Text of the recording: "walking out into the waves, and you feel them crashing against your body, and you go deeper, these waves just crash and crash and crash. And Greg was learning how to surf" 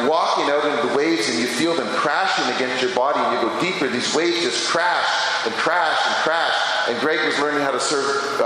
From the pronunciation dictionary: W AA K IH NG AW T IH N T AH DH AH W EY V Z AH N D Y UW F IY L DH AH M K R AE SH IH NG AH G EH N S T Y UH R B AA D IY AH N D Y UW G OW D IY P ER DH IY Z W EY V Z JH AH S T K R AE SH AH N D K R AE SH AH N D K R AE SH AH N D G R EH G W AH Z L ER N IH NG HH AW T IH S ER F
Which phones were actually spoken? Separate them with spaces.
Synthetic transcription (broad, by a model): W AA K IH NG AW T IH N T DH AH W EY V Z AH N Y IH F IY L DH AH M K R AE SH IH NG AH G EH N S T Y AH R B AA D IY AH N Y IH G OW D IY P ER DH IY Z W EY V Z JH AH S K R AE SH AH N K R AE SH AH N K R AE SH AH N G R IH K W AH Z L ER N IH NG HH AW T IH S ER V